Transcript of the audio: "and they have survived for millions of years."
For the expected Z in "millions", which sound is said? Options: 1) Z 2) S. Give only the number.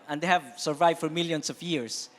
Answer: 2